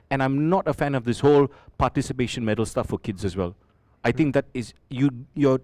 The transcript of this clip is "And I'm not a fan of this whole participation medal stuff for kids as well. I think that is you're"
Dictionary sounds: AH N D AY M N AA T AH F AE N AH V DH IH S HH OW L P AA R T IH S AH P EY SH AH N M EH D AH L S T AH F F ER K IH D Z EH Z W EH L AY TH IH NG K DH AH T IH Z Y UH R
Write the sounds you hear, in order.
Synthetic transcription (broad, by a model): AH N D AY M N AA T AH F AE N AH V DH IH S HH OW L P AA T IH S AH P EY SH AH N M EH D AH L S T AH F F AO K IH D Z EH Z W EH L AY T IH NG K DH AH T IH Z Y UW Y